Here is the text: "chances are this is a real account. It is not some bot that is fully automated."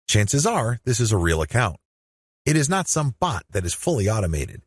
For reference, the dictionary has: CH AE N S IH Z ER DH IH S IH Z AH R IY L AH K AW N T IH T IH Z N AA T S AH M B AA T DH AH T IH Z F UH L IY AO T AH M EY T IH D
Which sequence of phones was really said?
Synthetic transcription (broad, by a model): CH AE N S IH Z ER DH IH S IH Z AH R IY L AH K AW N T IH T IH Z N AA T S AH M B AA T DH AH T IH Z F UH L IY AO T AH M EY T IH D